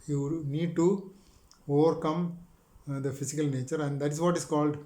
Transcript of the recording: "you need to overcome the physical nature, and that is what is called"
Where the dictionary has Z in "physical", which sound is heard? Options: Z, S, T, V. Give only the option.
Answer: S